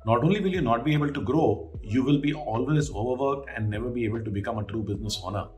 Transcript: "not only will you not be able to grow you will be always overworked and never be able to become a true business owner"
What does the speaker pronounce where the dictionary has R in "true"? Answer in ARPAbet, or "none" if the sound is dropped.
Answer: R